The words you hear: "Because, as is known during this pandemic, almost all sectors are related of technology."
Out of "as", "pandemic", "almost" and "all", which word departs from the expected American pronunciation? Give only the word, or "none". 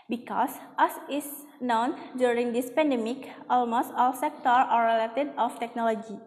as